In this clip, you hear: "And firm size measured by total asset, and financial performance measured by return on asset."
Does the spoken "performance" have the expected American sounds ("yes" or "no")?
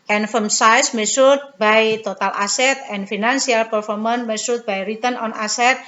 no